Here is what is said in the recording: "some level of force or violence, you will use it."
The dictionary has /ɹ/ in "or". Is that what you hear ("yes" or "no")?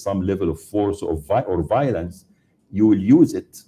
yes